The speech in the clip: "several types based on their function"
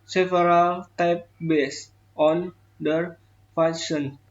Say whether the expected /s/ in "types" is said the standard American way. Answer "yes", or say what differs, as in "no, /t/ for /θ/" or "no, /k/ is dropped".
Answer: no, /s/ is dropped